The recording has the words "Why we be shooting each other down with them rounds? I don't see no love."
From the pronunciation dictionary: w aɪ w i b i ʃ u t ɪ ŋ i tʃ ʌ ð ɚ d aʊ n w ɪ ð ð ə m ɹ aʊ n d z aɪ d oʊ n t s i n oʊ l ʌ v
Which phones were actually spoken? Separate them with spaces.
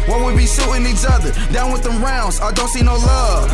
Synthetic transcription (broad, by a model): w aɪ w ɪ b i s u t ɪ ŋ i tʃ ʌ ð ɚ d aʊ n w ɪ ð ð ə m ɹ aʊ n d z aɪ d oʊ n t s i n oʊ l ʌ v